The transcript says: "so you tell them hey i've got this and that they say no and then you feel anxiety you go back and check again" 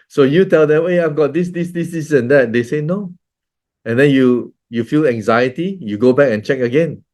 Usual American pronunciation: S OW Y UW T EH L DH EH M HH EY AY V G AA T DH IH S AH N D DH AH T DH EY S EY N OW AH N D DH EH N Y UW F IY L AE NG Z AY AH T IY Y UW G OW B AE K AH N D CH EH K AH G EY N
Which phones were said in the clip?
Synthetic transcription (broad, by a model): S OW Y UW T EH L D EH M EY AY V G AA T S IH S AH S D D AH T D EY S EY N OW AH N D EH N Y UW F IY L AE NG Z AY AH T IY Y UW G OW B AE K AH N CH EH K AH G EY N